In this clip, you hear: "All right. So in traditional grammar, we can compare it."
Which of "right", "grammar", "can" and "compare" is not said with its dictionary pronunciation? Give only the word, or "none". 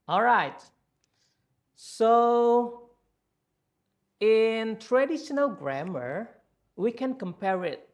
none